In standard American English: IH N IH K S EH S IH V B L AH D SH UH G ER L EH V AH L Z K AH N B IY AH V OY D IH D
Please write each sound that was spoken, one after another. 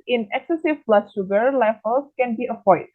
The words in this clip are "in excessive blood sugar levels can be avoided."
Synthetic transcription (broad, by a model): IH N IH K S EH S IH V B L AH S SH UH G ER L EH F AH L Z K AH N B IY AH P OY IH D